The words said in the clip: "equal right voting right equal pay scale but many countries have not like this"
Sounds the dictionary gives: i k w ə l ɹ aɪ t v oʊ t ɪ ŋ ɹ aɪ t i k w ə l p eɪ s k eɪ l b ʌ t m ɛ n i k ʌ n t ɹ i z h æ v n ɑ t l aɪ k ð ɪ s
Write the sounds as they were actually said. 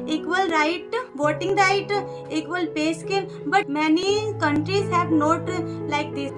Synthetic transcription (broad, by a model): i k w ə l ɹ aɪ t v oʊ t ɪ ŋ ɹ aɪ t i k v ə l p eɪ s k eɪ n b ʌ t m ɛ n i k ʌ n t ɹ i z h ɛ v n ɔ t l aɪ k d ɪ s